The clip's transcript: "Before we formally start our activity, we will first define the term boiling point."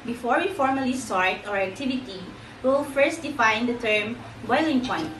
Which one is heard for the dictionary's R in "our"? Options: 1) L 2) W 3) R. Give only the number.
3